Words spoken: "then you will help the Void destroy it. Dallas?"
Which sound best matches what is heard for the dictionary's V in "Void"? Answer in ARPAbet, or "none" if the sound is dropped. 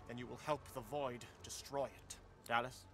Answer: V